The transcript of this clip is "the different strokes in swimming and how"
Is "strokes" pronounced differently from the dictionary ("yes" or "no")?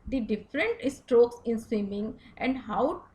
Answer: no